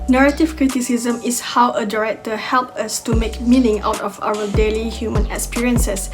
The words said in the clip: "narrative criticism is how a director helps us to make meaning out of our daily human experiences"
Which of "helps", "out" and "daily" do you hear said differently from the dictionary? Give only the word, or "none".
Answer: helps